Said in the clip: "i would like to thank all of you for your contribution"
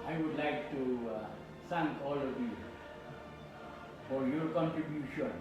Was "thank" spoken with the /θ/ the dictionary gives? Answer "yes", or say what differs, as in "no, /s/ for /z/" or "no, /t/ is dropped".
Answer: no, /s/ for /θ/